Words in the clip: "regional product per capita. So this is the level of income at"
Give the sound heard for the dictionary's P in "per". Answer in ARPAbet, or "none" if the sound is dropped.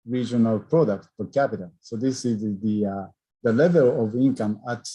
F